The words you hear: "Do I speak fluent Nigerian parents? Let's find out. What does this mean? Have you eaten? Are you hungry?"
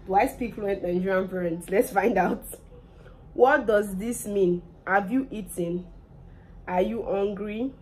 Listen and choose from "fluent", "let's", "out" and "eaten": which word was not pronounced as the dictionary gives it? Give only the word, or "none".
none